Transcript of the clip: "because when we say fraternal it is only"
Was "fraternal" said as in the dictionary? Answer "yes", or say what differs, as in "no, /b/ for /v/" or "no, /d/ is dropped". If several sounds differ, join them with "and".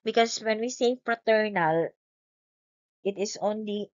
yes